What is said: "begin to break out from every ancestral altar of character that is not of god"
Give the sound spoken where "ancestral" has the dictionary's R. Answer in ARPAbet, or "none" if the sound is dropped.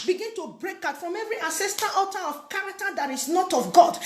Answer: none